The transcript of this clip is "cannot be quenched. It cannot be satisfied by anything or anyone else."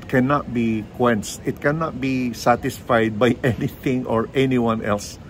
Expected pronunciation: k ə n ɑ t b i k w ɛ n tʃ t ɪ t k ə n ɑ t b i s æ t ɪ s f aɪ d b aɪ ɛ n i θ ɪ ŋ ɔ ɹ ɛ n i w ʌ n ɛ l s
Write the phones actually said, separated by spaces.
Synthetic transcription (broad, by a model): k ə n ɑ t b i k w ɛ n s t ɪ t k ə n ɑ t b i s æ t ɪ s f aɪ d b aɪ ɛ n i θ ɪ ŋ ɔ ɹ ɛ n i w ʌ n ɛ l s